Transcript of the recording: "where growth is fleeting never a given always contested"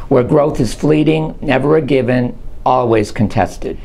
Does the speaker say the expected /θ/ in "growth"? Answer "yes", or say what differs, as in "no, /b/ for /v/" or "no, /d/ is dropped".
yes